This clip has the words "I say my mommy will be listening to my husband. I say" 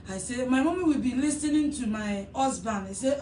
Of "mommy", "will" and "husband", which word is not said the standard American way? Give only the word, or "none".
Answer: husband